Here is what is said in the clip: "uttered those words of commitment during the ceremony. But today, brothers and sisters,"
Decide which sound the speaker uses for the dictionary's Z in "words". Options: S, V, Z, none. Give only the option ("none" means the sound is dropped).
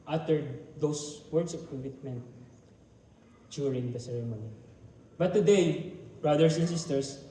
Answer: S